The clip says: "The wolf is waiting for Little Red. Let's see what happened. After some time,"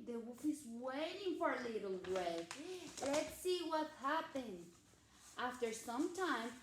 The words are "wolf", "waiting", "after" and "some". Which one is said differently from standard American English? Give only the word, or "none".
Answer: wolf